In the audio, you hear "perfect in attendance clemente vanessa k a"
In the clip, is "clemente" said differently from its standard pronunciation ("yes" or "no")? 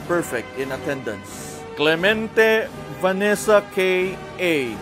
no